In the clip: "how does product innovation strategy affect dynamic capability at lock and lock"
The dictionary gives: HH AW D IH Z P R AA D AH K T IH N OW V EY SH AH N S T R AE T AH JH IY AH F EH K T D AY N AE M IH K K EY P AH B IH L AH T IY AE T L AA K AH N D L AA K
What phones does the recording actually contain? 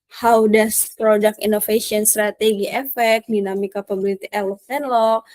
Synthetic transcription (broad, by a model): HH AW D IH S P R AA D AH K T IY N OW F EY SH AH N S T R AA T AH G IY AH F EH K D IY N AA M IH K K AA P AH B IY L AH T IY T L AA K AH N L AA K